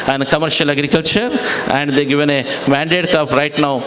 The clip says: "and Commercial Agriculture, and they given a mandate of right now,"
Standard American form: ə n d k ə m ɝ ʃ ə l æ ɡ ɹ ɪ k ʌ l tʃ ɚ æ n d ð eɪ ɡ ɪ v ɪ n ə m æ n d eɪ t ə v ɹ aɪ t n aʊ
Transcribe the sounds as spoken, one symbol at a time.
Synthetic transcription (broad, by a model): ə n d k ə m ɝ ʃ ə l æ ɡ ɹ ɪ k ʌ l tʃ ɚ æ n d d eɪ ɡ ɪ v ɪ n ə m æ n d eɪ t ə p ɹ aɪ t n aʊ